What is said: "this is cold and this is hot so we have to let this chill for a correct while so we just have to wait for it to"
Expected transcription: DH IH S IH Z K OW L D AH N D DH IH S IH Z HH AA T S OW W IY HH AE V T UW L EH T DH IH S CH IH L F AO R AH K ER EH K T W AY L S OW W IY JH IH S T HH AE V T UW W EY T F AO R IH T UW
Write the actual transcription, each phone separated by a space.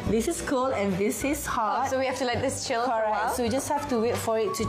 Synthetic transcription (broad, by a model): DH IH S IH S K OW L AH N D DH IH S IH S HH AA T S OW W IY HH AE F T UW L EH T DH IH S CH IH L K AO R AH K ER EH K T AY S OW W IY JH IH S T HH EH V T UW W EY T F AO R IH T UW